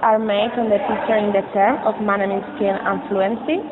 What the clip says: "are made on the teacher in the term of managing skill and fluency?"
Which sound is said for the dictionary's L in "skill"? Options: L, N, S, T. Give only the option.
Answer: N